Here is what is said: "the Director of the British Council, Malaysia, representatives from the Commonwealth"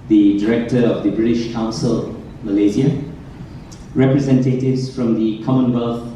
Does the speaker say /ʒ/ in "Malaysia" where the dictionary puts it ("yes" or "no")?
no